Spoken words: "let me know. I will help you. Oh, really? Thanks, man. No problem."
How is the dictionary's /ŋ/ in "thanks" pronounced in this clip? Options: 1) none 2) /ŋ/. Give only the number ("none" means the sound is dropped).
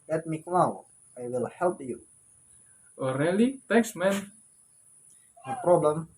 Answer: 1